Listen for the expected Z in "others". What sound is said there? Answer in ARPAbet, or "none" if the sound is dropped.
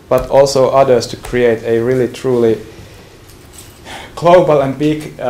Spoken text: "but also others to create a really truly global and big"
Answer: S